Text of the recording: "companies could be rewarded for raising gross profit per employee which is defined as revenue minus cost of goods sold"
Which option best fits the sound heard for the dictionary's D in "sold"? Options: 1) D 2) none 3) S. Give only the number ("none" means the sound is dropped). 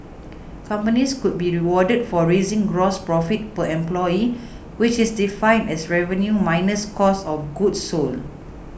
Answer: 2